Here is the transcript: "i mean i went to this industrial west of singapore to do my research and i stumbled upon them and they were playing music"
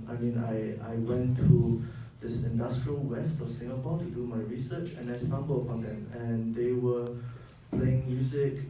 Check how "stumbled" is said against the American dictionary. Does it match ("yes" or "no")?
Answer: no